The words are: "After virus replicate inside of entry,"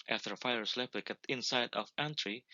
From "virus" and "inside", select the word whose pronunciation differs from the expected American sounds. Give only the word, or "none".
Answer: virus